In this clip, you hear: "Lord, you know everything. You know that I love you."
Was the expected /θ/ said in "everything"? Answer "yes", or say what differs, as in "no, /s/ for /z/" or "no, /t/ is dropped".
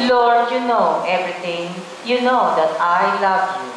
no, /t/ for /θ/